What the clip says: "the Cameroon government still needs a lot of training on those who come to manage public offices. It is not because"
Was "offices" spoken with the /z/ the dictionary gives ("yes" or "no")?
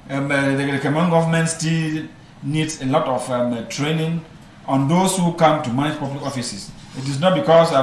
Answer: no